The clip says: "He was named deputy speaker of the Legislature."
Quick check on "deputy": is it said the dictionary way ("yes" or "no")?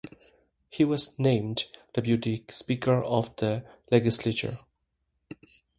no